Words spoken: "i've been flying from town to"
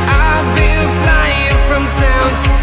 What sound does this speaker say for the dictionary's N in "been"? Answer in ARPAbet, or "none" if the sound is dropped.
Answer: L